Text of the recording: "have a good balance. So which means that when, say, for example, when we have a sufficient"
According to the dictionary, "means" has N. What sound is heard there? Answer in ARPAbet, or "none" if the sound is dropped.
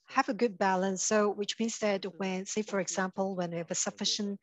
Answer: N